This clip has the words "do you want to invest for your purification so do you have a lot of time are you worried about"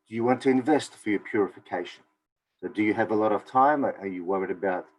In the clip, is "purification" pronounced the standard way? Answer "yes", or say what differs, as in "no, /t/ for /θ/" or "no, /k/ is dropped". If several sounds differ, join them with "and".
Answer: yes